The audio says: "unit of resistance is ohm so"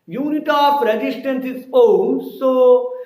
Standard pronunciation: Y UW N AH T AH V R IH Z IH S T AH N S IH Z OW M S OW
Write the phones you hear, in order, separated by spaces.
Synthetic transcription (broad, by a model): Y UW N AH T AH P R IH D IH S T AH N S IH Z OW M S OW